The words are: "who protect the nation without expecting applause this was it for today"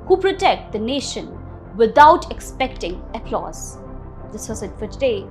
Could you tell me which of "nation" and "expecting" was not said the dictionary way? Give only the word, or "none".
none